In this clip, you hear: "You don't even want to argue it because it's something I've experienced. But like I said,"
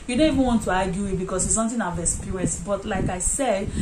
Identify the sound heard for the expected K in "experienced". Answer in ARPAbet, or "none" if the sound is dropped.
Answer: none